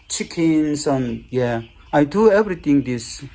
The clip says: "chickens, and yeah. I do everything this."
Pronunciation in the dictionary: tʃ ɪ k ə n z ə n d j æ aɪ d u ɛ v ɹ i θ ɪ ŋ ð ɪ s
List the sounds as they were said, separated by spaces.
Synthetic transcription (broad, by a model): tʃ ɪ k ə n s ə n j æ aɪ d u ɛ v ɹ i t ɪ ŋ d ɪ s